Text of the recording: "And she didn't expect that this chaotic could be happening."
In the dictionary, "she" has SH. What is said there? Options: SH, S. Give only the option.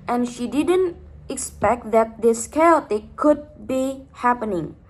SH